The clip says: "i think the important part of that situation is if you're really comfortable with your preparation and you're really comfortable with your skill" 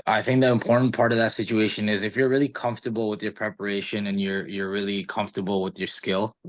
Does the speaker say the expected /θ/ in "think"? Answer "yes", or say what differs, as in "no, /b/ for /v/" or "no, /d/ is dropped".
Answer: yes